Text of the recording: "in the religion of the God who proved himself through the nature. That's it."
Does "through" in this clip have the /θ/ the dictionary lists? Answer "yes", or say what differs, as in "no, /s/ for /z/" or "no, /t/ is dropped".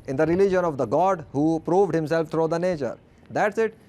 no, /t/ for /θ/